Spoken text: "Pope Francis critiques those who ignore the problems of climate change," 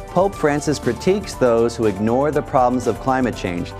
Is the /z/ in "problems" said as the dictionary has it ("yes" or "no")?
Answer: yes